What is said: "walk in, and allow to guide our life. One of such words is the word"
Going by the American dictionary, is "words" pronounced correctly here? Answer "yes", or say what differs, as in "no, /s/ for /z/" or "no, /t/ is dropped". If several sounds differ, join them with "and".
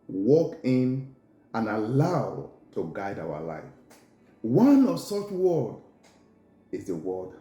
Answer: no, /z/ is dropped